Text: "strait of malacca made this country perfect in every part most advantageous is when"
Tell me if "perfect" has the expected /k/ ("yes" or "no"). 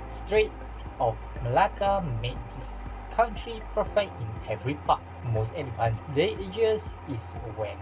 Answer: no